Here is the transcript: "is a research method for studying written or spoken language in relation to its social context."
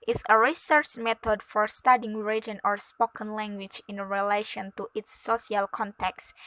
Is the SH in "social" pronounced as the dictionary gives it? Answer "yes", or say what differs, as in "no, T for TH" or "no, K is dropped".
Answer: no, SH is dropped